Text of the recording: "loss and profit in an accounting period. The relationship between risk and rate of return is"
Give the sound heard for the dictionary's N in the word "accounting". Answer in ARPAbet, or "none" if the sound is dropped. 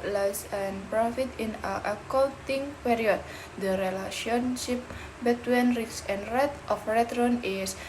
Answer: L